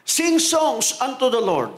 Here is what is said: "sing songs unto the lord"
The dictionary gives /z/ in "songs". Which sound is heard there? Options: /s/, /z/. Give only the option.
/s/